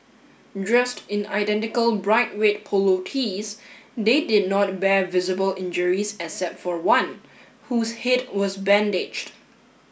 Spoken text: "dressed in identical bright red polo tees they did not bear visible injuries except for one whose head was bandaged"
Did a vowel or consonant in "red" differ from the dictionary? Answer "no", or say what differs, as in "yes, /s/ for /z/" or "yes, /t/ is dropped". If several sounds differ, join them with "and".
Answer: yes, /w/ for /ɹ/